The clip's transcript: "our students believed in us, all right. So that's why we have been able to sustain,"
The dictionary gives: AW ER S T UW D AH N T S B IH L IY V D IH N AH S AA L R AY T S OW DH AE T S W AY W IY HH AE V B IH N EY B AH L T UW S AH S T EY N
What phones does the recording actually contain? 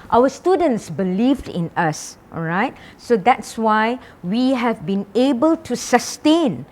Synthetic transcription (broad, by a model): AW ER S T UW D AH N T S B IH L IY V D IH N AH S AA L R AY T S OW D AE T S W AY W IY HH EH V B IH N EY B AH L T UW S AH S T EY N